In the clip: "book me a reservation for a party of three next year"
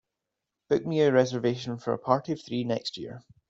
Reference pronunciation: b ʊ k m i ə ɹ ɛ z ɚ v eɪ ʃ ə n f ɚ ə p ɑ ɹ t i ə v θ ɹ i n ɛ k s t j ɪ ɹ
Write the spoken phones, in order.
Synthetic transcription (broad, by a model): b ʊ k m i ə ɹ ɛ z ɚ v eɪ ʃ ə n f ɚ ə p ɑ ɹ t i ə v θ ɹ i n ɛ k s t j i ɹ